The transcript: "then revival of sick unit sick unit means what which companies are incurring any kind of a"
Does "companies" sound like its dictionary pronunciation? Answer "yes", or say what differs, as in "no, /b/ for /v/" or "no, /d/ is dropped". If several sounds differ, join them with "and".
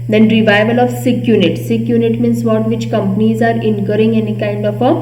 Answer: yes